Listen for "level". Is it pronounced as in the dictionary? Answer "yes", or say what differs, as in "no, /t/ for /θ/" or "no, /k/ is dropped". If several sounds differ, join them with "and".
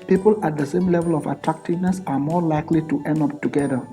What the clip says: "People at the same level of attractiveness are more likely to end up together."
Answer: yes